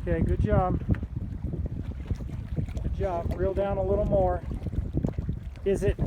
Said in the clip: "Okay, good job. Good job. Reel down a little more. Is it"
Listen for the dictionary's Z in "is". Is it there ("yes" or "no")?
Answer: yes